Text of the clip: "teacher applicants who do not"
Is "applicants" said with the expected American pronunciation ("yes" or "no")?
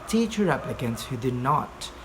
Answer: no